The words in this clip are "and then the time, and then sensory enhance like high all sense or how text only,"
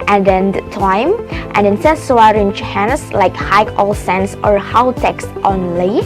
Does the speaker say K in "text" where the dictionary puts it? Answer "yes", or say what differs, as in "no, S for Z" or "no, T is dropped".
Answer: yes